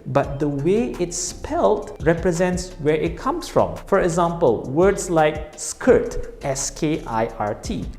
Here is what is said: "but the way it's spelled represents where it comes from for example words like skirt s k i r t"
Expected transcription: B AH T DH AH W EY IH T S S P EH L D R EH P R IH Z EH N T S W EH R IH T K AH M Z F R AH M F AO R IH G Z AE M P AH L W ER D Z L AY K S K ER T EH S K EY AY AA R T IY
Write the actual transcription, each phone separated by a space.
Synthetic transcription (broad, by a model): B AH T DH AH W EY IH T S S P EH L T R EH P R IH Z EH N T S W EH R IH T K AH M S F R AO M F AO R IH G Z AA M P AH L W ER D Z L AY K S K ER T EH S K EY AY AA R T IY